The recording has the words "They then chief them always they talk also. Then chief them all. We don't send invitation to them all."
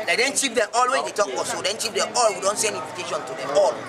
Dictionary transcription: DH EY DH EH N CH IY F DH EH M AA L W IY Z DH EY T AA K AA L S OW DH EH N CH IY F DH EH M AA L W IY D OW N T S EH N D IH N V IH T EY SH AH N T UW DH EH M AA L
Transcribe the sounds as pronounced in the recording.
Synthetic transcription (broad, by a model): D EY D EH N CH IY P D EH M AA L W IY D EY T AA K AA S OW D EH N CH IY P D EH M AA L W IY D OW N T S EH N D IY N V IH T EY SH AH N T UW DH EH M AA L